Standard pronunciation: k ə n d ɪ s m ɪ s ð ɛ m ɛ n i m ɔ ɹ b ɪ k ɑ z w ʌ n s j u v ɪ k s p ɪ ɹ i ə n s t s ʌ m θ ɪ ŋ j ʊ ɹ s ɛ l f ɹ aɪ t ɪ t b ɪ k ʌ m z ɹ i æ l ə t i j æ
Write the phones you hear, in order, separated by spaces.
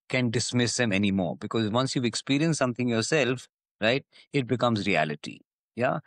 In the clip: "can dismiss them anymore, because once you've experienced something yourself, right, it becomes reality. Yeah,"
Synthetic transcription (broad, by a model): k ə n d ɪ s m ɪ s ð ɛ m ɛ n i m ɔ ɹ b ɪ k ɑ z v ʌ n s j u ɪ k s p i ɹ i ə n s s ʌ m t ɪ ŋ j ʊ ɹ s ɛ l f ɹ aɪ t ɪ t b ɪ k ʌ m z ɹ i æ l ə t i j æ